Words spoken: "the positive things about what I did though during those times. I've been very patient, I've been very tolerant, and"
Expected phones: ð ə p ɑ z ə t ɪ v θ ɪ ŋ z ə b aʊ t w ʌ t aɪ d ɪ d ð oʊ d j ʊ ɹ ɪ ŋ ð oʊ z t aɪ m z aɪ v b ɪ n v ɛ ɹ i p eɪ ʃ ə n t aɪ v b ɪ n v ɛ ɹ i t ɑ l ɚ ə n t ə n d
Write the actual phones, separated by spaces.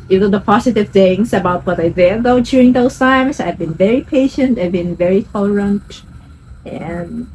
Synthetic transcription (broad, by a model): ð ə p ɑ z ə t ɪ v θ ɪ ŋ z ə b aʊ t w ʌ t aɪ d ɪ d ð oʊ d j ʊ ɹ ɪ ŋ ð oʊ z t aɪ m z aɪ v b ɪ n v ɛ ɹ i p eɪ ʃ ə n t aɪ v b ɪ n v ɛ ɹ i t ɑ l ɚ ə n t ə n